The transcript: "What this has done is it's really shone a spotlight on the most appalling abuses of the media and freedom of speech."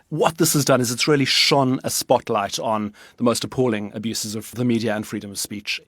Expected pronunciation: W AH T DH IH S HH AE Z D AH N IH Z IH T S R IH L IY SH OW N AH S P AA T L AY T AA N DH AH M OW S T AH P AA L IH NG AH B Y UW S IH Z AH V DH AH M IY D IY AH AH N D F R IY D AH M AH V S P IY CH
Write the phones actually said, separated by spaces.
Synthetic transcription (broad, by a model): W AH T DH IH S HH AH Z D AH N IH Z IH T S R IH L IY SH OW N AH S P AA T L AY T N DH AH M OW S T AH P AA L IH NG AH B Y UW S IH Z AH V DH AH M IY D IY AH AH N F R IY D AH M AH V S P IY CH